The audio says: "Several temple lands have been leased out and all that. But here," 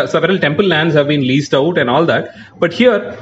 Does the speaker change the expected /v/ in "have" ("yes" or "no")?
no